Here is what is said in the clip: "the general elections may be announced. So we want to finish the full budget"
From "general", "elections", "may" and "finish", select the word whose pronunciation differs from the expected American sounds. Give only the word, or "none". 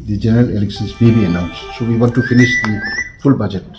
elections